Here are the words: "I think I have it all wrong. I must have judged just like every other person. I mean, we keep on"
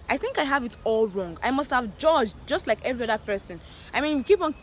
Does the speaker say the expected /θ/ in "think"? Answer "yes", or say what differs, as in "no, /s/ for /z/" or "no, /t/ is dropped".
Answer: yes